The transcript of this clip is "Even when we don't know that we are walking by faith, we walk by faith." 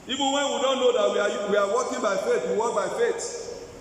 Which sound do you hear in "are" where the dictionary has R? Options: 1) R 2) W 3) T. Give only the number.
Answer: 2